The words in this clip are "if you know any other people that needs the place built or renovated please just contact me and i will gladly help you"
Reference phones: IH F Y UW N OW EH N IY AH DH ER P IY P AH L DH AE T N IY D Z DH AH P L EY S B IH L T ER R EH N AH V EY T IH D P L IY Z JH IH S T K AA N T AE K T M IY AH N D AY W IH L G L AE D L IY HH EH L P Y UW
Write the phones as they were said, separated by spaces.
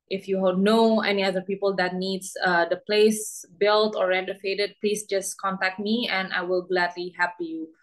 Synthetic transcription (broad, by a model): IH F Y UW N OW EH N IY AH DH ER P IY P AH L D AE T N IY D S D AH P L EY S B IH L T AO R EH N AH F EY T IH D P L IY S JH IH S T K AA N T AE K T M IY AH N AY W IH L G L AE D L IY HH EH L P Y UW